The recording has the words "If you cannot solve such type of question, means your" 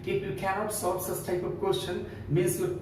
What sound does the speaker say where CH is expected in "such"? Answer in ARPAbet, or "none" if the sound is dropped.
S